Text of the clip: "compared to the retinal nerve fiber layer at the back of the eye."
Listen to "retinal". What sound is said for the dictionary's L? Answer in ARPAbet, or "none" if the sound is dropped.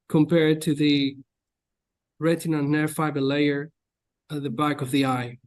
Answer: N